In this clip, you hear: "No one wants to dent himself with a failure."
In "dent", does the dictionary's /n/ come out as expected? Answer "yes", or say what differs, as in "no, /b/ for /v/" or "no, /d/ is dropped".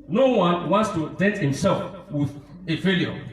no, /n/ is dropped